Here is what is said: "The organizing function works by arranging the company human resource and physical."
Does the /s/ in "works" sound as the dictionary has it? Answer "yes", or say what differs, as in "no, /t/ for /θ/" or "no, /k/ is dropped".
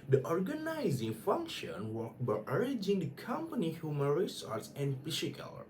no, /s/ is dropped